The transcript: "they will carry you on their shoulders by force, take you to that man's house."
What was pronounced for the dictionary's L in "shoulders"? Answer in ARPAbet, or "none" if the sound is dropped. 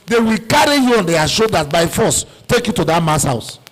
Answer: none